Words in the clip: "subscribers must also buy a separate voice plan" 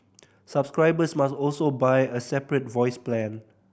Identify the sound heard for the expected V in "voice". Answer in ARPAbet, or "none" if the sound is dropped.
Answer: V